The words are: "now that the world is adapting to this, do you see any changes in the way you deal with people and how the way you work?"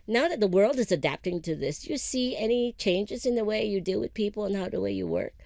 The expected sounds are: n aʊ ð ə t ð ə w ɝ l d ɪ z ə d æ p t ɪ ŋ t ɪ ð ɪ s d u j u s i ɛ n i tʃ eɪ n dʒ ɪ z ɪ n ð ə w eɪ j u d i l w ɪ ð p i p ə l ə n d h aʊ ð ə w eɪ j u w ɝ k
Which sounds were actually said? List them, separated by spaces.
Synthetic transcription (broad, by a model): n aʊ ð ə t ð ə w ɝ l d ɪ z ə d æ p t ɪ ŋ t ɪ ð ɪ s j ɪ s i ɛ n i tʃ eɪ n dʒ ɪ z ɪ n ð ə w eɪ j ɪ d i l w ɪ ð p i p l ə n h aʊ ð ə w eɪ j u w ɝ k